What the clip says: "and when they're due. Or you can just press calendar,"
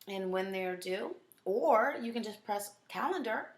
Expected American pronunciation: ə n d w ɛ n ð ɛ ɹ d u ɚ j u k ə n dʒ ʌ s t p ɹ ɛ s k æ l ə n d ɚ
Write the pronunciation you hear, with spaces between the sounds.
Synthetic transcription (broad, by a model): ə n w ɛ n ð ɛ ɹ d u ɚ j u k ə n dʒ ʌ s p ɹ ɛ s k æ l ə n d ɚ